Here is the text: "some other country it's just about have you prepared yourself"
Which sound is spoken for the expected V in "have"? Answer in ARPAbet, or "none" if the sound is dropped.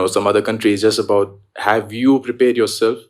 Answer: V